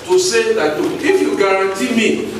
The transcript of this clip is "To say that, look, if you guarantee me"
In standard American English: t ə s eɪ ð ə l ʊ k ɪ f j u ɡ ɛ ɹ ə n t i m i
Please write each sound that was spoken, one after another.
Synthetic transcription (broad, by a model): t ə s eɪ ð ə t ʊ ɪ f j u ɡ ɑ ɹ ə n t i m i